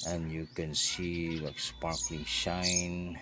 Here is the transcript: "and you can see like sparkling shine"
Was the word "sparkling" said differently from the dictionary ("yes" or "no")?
no